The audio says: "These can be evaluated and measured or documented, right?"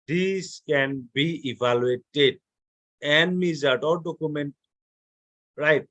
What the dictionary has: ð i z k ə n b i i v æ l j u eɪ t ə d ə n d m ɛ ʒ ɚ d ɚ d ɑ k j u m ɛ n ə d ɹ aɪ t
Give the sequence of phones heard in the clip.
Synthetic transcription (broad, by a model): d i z k ə n b i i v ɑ l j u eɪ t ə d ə n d m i z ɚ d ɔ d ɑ k j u m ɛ n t ɹ aɪ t